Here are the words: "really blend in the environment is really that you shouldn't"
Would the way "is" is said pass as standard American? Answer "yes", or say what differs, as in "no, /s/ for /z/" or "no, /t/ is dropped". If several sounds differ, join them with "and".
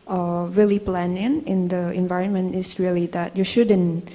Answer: no, /s/ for /z/